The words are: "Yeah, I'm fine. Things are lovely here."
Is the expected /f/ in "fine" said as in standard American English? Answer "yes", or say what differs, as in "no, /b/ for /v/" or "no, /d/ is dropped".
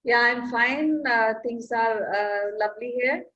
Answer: yes